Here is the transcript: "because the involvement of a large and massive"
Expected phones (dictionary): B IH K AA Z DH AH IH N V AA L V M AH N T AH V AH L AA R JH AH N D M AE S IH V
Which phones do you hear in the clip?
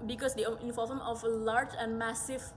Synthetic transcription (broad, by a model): B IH K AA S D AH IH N F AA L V AH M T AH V AH L AA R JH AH N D M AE S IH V